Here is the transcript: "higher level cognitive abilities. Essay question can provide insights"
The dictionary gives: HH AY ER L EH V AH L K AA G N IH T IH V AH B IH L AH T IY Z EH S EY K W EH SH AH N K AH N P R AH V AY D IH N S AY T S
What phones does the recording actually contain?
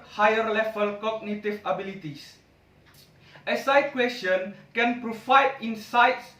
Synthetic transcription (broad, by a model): HH AY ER L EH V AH L K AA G N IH T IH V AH B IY L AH T IY S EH S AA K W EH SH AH N K AH N P R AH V AY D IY N S AY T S